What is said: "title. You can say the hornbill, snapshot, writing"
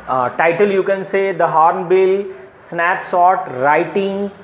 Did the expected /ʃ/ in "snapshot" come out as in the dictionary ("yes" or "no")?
no